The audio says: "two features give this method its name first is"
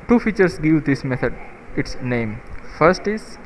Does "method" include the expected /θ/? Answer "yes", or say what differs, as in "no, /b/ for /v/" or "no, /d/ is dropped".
no, /t/ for /θ/